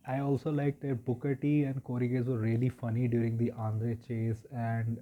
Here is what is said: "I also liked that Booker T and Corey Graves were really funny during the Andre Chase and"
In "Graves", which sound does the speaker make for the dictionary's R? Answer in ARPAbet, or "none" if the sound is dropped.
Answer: none